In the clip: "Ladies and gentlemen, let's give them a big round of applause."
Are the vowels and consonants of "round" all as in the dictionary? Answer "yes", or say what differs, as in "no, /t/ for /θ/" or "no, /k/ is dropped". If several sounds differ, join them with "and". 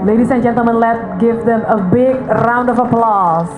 yes